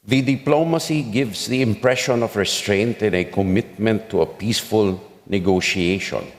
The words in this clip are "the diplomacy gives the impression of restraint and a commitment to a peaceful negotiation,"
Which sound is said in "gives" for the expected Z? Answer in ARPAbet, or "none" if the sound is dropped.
S